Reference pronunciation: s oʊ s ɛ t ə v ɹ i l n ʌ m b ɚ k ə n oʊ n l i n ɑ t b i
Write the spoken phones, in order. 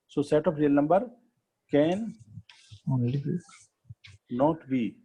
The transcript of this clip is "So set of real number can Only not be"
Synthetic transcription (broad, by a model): s oʊ s ɛ t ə p ɹ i l n ʌ m b ɚ k ə n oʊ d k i n ɑ t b i